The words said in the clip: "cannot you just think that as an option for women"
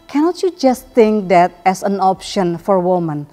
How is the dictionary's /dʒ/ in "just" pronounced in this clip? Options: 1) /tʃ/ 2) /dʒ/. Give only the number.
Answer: 2